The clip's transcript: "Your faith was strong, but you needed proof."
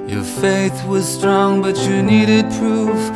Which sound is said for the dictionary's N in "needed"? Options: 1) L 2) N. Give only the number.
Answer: 2